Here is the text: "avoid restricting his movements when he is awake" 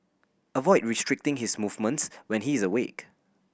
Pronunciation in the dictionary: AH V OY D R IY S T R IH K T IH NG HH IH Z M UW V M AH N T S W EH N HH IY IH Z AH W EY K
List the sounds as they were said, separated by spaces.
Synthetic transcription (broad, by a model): AH V OY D R IY S T R IH K T IH NG HH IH S M UW V M AH N T S W EH N HH IY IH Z AH W EY K